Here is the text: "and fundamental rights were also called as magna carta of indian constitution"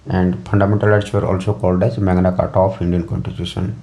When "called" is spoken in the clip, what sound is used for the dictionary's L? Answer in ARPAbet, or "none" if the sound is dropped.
L